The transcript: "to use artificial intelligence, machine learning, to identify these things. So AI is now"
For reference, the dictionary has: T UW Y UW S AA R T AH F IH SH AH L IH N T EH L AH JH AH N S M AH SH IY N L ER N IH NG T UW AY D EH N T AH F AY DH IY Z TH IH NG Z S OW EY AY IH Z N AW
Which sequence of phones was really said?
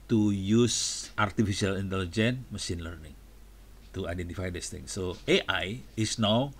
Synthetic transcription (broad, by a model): T UW Y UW S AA R T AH F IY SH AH L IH N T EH L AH JH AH N M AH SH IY N L ER N IH NG T UW AY D EH N T AH F AY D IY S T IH NG S OW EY AY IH S N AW